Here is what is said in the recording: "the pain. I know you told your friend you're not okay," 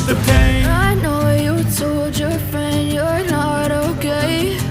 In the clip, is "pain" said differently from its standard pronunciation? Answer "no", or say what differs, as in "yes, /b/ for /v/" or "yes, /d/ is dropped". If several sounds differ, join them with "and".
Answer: yes, /n/ is dropped